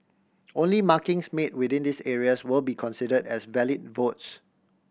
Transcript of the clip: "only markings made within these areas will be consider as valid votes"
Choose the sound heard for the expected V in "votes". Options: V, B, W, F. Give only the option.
V